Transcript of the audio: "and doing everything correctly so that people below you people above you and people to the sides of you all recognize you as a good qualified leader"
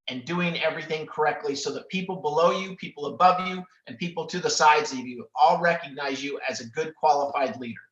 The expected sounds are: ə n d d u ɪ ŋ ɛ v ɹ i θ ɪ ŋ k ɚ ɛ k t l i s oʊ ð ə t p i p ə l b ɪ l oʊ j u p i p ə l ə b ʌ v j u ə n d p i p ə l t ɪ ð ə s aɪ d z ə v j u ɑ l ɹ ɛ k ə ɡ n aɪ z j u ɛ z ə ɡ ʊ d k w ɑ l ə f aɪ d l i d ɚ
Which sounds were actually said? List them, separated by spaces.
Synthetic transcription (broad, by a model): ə n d d u ɪ ŋ ɛ v ɹ i θ ɪ ŋ k ɚ ɛ k t l i s oʊ ð ə t p i p l b ɪ l oʊ j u p i p l ə b ʌ v j u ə n p i p l t ɪ ð ə s aɪ d z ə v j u ɑ l ɹ ɛ k ə ɡ n aɪ z j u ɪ z ə ɡ ʊ d k w ɑ l ə f aɪ d l i d ɚ